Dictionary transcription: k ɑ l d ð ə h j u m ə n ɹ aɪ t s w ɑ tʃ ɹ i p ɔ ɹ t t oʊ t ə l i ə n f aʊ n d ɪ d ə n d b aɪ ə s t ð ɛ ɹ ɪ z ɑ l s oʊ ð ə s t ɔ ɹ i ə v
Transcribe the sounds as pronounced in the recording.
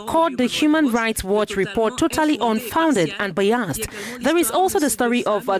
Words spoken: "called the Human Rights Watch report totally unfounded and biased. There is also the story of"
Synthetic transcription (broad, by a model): k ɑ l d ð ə h j u m ə n ɹ aɪ t s w ɑ tʃ ɹ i p ɔ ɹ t t oʊ t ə l i ə n f aʊ n d ɪ d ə n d b aɪ ə s t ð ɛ ɹ ɪ z ɑ l s oʊ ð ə s t ɔ ɹ i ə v